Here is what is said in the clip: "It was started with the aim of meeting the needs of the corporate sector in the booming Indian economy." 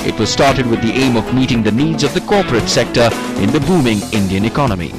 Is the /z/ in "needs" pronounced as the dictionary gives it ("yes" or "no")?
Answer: yes